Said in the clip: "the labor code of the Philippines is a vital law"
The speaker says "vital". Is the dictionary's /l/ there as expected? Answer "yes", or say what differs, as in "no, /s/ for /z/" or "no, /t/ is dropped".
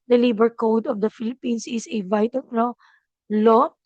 no, /n/ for /l/